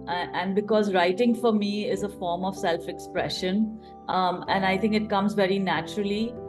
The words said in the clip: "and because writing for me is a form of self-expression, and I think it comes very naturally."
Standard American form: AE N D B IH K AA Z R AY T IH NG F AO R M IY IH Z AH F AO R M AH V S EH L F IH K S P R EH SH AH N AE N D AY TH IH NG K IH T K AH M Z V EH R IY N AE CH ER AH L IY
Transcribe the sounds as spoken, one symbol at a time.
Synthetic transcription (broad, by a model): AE N D B IH K AA Z R AY T IH NG F AO R M IY IH Z AH F AO R M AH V S EH L F IH K S P R EH SH AH N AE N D AY T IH NG K IH T K AH M Z V EH R IY N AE CH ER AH L IY